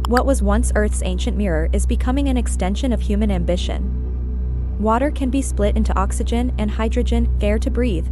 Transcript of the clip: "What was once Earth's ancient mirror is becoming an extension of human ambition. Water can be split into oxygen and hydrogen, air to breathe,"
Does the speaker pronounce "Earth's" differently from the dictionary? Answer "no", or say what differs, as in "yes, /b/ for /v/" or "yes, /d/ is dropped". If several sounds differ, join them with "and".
no